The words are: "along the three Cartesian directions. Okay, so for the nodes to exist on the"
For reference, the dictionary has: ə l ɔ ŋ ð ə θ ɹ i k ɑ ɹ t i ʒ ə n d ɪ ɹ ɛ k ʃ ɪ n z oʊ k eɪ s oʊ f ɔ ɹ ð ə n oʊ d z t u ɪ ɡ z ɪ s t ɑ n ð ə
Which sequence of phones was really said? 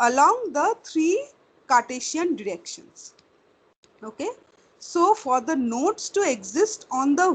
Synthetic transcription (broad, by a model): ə l ɔ ŋ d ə t ɹ i k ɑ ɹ t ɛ ʃ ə n d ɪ ɹ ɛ k ʃ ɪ n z oʊ k eɪ s oʊ f ɔ ɹ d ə n oʊ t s t u ɪ ɡ z ɪ s t ɑ n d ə